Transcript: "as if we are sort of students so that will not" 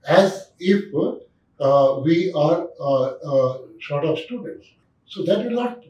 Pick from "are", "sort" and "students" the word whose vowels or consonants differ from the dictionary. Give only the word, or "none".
sort